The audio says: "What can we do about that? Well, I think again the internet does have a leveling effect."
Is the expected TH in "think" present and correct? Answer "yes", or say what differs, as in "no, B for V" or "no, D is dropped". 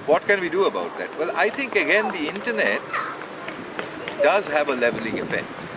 no, T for TH